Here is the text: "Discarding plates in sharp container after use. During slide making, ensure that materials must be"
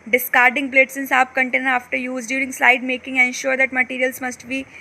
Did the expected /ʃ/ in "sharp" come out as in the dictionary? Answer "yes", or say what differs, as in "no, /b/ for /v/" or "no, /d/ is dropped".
no, /s/ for /ʃ/